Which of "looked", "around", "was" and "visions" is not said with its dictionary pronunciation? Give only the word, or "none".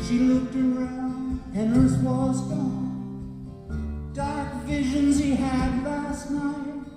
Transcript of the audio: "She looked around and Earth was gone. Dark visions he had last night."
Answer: none